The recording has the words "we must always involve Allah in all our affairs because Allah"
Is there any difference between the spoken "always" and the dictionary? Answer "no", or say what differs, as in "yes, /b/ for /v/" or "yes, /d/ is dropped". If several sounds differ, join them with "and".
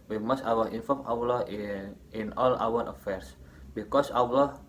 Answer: yes, /l/ is dropped